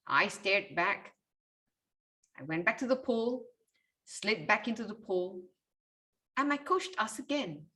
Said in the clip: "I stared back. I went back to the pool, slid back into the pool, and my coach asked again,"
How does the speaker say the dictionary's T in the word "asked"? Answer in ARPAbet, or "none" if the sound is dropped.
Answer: none